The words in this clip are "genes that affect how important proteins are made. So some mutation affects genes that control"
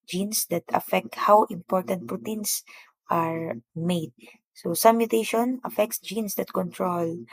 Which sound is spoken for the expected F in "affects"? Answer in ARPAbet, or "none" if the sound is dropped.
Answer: F